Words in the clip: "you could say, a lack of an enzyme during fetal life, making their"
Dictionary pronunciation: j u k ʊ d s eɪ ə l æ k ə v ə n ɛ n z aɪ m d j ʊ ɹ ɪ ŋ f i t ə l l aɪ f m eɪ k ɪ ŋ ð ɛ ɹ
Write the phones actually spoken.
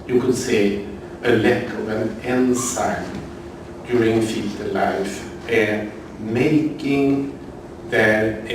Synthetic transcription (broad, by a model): j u k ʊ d s eɪ ə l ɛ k ə v ə n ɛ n s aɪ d j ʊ ɹ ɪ ŋ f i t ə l l aɪ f m eɪ k ɪ ŋ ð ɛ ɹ